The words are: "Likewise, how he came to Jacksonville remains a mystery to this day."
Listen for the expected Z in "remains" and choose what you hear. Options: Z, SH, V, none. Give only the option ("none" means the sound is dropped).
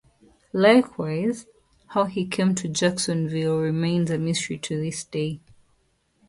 Z